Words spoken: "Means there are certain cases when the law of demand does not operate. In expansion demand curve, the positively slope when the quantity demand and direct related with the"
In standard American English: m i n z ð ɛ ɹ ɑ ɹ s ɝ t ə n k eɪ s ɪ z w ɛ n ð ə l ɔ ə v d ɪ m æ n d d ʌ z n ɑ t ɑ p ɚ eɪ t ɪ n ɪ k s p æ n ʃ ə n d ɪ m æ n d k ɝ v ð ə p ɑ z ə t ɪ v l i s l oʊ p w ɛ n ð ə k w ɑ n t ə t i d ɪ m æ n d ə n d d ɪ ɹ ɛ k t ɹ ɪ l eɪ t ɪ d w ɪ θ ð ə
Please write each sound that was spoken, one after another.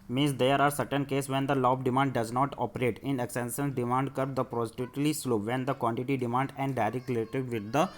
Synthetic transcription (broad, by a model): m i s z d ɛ ɹ ɑ ɹ s ɝ t ə n k eɪ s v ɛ n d ə l ɔ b d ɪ m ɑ n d d ʌ z n ɑ t ɑ p ɚ eɪ t ɪ n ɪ k s ɛ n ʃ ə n d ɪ m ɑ n d k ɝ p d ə p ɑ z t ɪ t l i s l oʊ p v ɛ n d ə k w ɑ n t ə t i d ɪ m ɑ n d ə n d d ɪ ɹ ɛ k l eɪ t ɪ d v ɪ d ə